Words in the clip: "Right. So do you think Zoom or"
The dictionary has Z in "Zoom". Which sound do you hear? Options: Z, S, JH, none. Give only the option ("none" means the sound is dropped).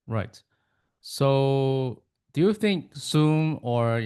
S